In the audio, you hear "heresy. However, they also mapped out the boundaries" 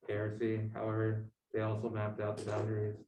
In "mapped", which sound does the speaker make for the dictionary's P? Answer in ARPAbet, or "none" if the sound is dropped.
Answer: P